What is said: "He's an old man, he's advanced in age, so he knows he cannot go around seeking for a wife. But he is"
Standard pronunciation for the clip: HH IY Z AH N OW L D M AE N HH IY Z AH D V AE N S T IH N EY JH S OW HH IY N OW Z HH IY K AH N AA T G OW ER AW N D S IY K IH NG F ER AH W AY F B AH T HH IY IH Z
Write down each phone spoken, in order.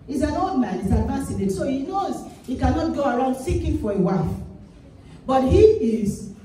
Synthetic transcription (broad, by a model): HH IY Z AH N OW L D M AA N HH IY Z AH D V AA S IH N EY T S OW HH IY N OW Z HH IY K AH N AA T G OW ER AW N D S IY K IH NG F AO AH W AY F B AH T HH IY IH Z